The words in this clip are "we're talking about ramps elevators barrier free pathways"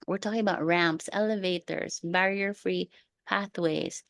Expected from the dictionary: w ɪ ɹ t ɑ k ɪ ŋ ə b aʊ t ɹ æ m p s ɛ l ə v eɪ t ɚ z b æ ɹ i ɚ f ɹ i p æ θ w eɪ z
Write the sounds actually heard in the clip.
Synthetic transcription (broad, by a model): w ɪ ɹ t ɑ k ɪ ŋ ə b aʊ t ɹ æ m p s ɛ l ə v eɪ t ɚ z b æ ɹ i ɚ f ɹ i p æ θ w eɪ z